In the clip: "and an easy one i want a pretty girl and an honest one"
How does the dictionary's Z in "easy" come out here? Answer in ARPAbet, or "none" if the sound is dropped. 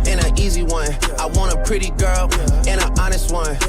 Z